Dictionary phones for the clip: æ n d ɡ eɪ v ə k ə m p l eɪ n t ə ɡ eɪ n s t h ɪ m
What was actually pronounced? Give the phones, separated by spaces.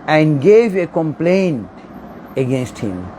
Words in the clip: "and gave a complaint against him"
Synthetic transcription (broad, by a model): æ n d ɡ eɪ v ə k ə m p l eɪ n t ə ɡ eɪ n s t h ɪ m